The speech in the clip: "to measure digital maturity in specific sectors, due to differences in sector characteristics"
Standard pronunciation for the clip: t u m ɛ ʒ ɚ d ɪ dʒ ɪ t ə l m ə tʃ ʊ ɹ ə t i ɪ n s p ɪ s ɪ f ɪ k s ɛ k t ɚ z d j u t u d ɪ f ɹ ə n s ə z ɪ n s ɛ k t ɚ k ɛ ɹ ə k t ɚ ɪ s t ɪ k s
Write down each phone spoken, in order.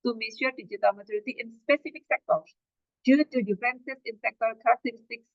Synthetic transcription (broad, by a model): t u m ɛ ʃ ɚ d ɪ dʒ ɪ t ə l m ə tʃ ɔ ɹ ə t i ɪ n s p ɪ s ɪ f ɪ k s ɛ k t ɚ s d j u t u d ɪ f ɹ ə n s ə s ɪ n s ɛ k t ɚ k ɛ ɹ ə k t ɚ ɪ s t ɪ k s